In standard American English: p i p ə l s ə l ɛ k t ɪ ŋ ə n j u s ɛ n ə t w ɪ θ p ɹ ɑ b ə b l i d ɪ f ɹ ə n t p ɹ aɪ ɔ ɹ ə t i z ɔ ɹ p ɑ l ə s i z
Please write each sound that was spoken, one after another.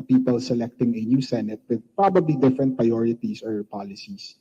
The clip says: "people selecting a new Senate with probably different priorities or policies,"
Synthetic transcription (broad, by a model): p i p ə l s ə l ɛ k t ɪ ŋ ə n j u s ɛ n ə t w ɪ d p ɹ ɑ b ə b l i d ɪ f ɹ ə n t p ɹ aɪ ɔ ɹ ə t i s ɔ ɹ p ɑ l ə s i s